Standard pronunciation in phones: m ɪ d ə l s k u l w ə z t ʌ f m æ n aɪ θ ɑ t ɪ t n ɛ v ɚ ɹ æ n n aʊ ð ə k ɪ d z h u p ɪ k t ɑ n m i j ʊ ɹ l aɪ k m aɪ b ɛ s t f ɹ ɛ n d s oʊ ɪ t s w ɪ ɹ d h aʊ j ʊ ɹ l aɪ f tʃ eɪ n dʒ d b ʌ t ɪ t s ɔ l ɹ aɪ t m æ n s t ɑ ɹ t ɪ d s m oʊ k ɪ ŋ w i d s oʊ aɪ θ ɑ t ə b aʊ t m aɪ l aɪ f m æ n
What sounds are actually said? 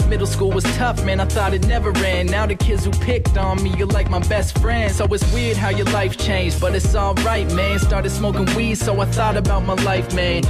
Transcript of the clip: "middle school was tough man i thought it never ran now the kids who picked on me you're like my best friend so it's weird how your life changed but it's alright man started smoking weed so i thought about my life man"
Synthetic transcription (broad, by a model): m ɪ d l s k u l w ə z t ʌ f m æ n aɪ θ ɑ t ɪ t n ɛ v ɚ ɹ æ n n aʊ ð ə k ɪ d z h u p ɪ k t n m i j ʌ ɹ l aɪ k m aɪ b ɛ s t f ɹ ɛ n d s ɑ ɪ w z w ɪ ɹ d h aʊ j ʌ ɹ l aɪ f tʃ eɪ n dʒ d b ʌ t ɪ t s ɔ ɹ aɪ t m æ n s t ɑ ɹ t ɪ d s m oʊ k ɪ ŋ w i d s oʊ aɪ θ ɑ t ə b aʊ t m aɪ l aɪ f m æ n